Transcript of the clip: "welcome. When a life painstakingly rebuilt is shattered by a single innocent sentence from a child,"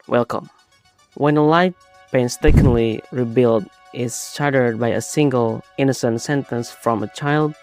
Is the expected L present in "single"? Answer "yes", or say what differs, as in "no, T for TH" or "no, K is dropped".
yes